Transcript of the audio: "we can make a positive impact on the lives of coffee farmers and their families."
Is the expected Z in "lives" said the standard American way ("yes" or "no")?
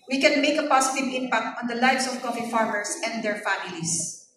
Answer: no